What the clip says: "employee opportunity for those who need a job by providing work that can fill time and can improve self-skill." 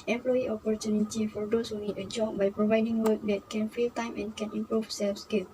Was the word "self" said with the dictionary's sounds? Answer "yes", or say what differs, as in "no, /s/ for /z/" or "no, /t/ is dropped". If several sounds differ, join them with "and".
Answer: yes